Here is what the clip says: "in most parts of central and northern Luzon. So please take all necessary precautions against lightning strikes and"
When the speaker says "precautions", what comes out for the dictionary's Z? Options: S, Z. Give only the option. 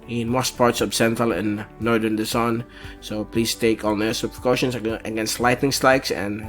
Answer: S